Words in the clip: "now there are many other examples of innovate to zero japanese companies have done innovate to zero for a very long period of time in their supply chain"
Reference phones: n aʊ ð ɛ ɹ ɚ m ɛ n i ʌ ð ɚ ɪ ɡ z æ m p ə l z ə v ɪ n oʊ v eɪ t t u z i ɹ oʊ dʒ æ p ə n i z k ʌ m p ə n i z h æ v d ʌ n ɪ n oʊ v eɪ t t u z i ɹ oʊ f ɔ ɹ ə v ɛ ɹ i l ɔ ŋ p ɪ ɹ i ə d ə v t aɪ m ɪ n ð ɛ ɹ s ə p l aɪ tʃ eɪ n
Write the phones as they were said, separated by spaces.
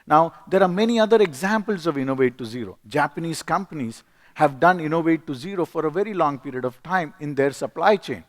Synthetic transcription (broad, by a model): n aʊ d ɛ ɹ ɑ m ɛ n i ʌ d ɚ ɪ ɡ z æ m p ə l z ə v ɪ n oʊ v eɪ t t u z i ɹ oʊ dʒ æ p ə n i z k ʌ m p ə n i z h æ v d ʌ n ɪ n oʊ v eɪ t t u z i ɹ oʊ f ɔ ɹ ə v ɛ ɹ i l ɔ ŋ p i ɹ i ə d ə v t aɪ m ɪ n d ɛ ɹ s ə p l aɪ tʃ eɪ n